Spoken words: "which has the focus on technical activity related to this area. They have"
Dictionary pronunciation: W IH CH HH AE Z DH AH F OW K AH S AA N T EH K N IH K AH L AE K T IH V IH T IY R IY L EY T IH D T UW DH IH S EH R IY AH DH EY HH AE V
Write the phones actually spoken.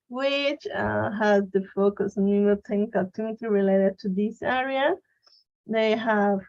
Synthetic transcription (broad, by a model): W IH CH HH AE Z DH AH F OW K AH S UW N T EH K N IH K AH L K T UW IH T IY R IY L EY T IH D T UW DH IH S EH R IY AH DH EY HH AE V